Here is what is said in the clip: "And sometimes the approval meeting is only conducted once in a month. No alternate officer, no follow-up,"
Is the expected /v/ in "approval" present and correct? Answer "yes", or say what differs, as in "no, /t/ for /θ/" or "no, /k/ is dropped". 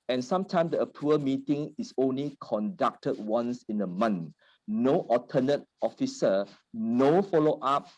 no, /v/ is dropped